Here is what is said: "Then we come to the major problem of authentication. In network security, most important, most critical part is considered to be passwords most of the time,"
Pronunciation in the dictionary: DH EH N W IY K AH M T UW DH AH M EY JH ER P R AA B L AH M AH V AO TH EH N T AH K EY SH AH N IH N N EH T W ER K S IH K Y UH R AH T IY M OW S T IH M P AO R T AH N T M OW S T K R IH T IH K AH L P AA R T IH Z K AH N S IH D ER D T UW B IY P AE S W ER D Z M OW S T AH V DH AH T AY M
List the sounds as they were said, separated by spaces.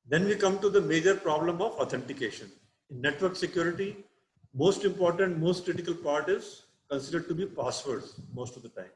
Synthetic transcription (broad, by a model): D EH N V IY K AH M T UW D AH M EY JH ER P R AA B L AH M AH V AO T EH N T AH K EY SH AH N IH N N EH T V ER K S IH K Y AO R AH T IY M OW S T IH M P AO R T AH N T M OW S T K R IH T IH K AH L P AA R T IH Z K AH N S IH D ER D T UW B IY P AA S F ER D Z M OW S T AH V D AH T AY M